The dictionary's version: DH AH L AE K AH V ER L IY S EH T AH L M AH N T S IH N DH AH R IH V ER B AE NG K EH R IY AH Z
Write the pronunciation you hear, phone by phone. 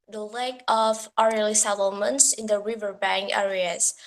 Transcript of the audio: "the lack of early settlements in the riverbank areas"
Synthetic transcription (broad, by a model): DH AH L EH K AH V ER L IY S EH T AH L M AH N T S IH N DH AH R IH V ER B AE NG K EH R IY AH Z